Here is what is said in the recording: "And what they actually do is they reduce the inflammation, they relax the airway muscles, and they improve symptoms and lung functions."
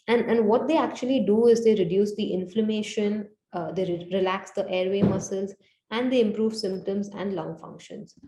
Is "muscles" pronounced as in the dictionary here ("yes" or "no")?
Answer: yes